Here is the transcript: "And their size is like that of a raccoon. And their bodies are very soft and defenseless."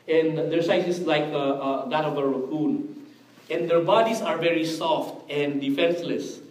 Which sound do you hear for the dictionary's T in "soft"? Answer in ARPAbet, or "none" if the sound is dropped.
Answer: T